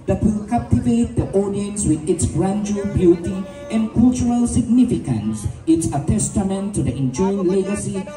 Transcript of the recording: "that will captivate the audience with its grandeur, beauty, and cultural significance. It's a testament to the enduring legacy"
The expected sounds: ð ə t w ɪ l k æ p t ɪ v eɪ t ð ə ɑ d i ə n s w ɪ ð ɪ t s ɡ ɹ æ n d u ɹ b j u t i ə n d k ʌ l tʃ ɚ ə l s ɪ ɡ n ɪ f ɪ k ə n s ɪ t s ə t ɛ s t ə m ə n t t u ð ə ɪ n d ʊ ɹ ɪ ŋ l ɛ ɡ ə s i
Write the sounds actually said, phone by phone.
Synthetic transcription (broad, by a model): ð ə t w ɪ l k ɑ p t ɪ v eɪ t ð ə ɑ d i ə n s w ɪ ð ɪ t s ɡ ɹ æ n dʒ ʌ l b j u t i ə n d k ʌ l tʃ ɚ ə l s ɪ ɡ n ɪ f ɪ k ə n s ɪ t s ə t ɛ s t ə m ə n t t u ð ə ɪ n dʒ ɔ ɪ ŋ l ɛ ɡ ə s i